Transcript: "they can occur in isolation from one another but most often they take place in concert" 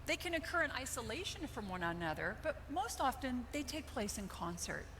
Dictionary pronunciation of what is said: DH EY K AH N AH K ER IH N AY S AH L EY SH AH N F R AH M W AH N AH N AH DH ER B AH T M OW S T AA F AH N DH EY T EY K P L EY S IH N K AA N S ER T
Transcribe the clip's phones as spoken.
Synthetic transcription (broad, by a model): DH EY K AH N AH K ER IH N AY S AH L EY SH AH N F R AH M W AH N AH N AH DH ER B AH T M OW S T AA F AH N DH EY T EY K P L EY S IH N K AA N S ER T